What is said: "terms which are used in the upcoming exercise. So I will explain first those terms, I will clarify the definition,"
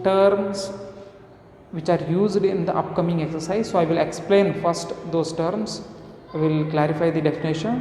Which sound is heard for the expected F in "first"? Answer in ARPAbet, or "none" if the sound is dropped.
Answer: F